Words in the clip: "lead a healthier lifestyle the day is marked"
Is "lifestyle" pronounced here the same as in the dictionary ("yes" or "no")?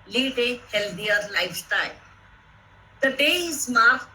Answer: no